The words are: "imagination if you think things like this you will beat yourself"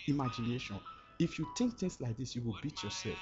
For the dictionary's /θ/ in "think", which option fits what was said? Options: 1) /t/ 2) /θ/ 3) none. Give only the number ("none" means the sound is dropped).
1